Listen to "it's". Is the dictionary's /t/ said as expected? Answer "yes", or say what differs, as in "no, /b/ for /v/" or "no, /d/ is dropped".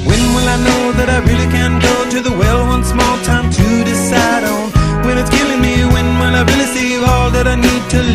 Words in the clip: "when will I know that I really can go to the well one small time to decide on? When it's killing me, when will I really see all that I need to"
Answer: yes